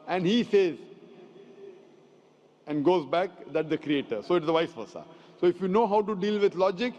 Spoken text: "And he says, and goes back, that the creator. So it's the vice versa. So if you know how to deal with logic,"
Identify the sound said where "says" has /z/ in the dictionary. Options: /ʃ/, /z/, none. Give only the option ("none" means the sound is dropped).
/z/